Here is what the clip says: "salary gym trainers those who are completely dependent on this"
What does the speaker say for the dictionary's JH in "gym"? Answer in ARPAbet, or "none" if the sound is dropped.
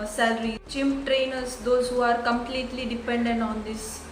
CH